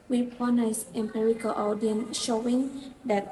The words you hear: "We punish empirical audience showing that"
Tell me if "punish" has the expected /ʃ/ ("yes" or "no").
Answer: no